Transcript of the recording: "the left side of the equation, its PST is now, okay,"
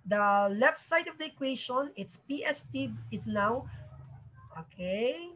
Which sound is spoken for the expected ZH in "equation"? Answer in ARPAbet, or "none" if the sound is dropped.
SH